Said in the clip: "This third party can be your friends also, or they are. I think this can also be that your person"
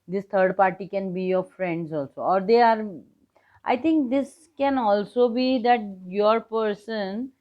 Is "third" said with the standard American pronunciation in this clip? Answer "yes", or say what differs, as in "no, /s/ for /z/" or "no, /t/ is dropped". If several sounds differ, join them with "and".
no, /t/ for /θ/